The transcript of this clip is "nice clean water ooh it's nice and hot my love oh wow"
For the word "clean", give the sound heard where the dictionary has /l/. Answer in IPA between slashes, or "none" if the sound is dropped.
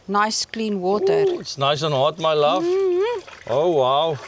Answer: /l/